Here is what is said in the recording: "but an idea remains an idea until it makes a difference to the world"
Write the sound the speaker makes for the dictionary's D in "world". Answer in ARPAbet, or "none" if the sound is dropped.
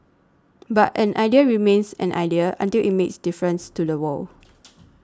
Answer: none